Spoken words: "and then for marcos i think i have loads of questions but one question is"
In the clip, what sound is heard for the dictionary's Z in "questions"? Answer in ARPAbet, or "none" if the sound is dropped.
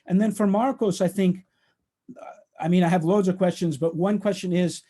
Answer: Z